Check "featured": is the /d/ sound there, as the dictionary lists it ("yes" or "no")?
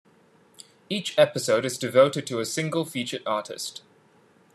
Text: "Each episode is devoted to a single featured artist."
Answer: no